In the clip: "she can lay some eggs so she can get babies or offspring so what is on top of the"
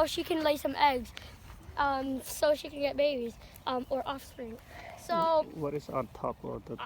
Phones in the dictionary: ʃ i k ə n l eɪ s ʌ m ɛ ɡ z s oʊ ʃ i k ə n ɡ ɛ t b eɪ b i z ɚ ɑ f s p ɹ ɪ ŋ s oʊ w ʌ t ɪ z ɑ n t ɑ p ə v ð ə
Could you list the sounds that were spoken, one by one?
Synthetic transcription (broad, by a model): ʃ i k ə n l eɪ s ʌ m ɛ ɡ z s oʊ ʃ i k ə n ɡ ɛ t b eɪ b i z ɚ ɑ f s p ɹ ɪ ŋ s oʊ w ʌ t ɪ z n t ɑ p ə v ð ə